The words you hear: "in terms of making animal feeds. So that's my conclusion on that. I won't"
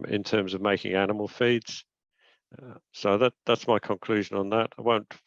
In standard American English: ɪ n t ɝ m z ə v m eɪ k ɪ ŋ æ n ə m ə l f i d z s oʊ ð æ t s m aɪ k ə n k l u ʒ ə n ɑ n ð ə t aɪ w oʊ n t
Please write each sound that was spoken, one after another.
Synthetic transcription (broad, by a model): ɪ n t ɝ m z ə v m eɪ k ɪ ŋ æ n ə m ə l f i d z s oʊ ð æ t s m aɪ k ə n k l u ʒ ə n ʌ n ð ə t aɪ w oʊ n t